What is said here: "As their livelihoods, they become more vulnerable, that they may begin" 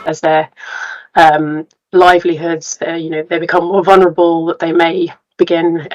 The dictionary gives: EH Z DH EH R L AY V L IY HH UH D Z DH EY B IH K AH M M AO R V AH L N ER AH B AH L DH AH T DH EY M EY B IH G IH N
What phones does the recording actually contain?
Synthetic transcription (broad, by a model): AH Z DH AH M L AY V L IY HH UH D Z DH EY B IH K AH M M AO V AH L N ER AH B AH L DH AH T DH EY M EY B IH G IH N